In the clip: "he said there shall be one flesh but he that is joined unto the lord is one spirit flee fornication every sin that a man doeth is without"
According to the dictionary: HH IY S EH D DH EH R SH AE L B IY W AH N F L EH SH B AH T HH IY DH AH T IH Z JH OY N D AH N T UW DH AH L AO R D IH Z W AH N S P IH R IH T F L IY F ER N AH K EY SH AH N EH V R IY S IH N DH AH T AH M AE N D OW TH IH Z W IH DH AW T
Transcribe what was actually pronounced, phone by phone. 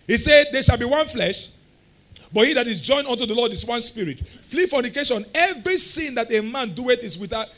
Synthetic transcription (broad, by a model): HH IY S EH D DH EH SH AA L B IY W AH N F L EH SH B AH T HH IY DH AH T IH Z JH OY N AH N T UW DH AH L AO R D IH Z W AH N S P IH R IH T F L IY F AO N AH K EY SH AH N EH V R IY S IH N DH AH T AH M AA N D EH T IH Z W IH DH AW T